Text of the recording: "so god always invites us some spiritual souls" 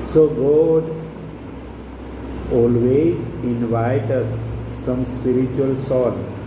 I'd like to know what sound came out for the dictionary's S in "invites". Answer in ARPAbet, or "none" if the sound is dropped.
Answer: none